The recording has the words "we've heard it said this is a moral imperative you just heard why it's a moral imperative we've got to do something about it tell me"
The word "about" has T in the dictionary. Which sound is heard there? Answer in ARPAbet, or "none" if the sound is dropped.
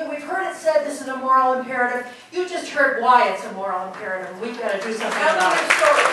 none